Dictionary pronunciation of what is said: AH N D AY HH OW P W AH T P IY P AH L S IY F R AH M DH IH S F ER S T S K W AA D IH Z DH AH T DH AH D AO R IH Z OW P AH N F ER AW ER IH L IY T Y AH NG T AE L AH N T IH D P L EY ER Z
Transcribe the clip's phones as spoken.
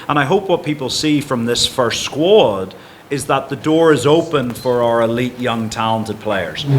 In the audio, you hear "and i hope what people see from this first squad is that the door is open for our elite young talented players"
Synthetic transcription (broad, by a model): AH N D AY HH OW P W AH T P IY P AH L S IY F R AH M DH IH S F ER S T S K W AA D IH Z DH AH T DH AH D AO R IH Z OW P AH N F ER AW ER IH L IY T Y AH NG T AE L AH N T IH D P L EY ER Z